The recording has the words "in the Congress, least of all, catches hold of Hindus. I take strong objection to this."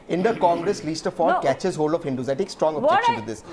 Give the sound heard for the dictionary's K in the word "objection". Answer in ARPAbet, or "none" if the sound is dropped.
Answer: none